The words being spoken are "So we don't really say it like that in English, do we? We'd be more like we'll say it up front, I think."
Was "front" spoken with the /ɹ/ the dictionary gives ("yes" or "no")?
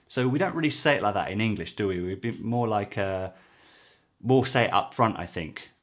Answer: yes